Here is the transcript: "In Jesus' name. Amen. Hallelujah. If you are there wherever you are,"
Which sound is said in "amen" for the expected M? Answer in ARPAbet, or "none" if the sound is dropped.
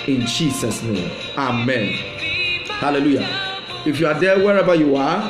M